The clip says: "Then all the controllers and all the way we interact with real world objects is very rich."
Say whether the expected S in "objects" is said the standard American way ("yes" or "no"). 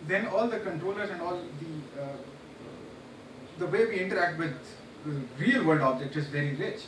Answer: no